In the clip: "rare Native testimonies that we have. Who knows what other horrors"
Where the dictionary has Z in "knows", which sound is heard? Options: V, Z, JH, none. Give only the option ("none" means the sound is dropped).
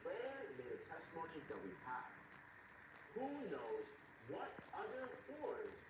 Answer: Z